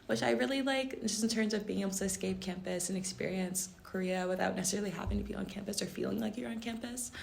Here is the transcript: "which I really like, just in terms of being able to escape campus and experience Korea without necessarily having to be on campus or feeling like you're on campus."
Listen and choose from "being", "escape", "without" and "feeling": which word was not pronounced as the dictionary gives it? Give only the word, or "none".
none